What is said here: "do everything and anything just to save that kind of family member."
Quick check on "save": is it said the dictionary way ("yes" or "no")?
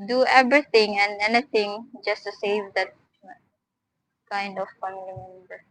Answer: yes